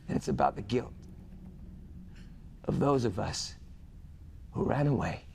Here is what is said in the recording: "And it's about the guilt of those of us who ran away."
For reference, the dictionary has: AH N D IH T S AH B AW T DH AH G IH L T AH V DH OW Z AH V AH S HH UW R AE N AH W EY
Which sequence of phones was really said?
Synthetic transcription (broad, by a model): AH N IH T S AH B AW T DH AH G IH L T AH V DH OW Z AH V AH S HH UW R AE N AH W EY